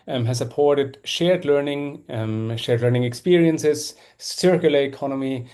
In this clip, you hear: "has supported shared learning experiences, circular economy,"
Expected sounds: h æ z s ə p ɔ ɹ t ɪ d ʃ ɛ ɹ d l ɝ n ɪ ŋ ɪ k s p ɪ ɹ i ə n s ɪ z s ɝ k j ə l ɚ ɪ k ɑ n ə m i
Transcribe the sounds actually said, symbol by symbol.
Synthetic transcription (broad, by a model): h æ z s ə p ɔ ɹ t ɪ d ʃ ɛ ɹ d l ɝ n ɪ ŋ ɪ k s p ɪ ɹ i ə n s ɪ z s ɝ k j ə l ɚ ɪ k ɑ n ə m i